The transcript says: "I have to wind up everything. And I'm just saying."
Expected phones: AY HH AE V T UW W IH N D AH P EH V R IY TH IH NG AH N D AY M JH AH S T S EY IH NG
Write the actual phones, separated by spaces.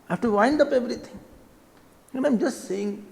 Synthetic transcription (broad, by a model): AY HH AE F T UW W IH N D AH P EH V R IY T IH NG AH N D AY M JH AH S T S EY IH NG